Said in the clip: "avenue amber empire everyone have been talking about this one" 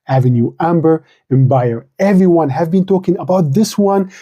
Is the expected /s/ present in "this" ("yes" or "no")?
yes